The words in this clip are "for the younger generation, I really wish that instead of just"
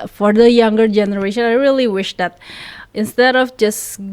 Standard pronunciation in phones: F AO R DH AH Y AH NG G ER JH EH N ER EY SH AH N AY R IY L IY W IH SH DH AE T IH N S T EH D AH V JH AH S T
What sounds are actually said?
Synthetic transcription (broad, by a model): F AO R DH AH Y AH NG G ER JH EH N ER EY SH AH N AY R IY L IY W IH SH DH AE T IH N S T EH D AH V JH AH S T